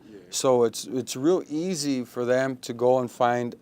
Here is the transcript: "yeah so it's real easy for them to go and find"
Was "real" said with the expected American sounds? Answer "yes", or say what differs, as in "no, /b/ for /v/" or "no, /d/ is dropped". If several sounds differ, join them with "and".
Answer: yes